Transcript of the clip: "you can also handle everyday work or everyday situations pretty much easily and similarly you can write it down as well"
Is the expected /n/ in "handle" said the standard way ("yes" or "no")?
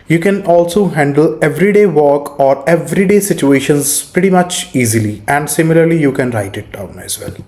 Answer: yes